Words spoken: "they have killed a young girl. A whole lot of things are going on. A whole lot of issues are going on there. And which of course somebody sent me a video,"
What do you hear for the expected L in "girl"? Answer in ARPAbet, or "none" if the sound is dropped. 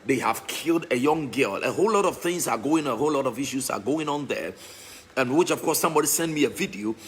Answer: L